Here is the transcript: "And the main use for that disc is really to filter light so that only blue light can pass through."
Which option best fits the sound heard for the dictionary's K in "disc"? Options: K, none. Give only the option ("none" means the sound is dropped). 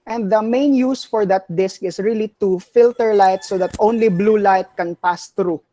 K